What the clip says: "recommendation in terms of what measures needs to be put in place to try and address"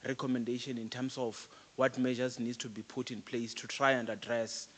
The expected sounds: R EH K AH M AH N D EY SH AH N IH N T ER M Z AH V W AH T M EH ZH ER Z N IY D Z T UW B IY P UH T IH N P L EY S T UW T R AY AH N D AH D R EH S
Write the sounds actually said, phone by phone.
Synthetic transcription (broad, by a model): R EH K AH M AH N D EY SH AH N IH N T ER M S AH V W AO T M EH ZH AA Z N IY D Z T UW B IY P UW T IH N P L EY S T UW T R AY AH N D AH D R EH S